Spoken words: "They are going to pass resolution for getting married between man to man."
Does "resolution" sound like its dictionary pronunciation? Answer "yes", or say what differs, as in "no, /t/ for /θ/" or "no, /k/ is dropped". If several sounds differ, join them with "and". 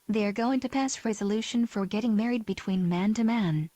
yes